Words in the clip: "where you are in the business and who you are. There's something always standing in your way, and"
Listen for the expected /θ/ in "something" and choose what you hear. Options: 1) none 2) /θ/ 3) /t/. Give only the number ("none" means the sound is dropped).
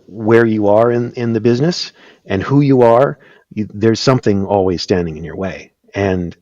2